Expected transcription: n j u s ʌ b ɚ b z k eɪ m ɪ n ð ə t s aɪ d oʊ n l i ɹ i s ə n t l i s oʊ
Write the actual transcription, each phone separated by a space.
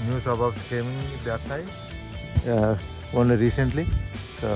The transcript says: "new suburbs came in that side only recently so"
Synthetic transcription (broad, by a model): n j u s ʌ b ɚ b s k eɪ m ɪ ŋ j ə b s aɪ oʊ n l i ɹ i s ə n t l i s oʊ